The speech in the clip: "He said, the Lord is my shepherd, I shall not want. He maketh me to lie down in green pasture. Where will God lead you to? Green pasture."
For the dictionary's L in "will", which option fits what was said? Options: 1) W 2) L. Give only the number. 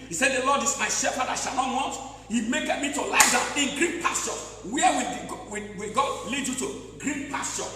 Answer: 1